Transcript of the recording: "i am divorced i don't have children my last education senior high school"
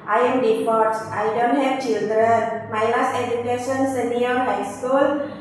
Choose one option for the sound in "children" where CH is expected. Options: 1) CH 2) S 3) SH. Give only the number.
1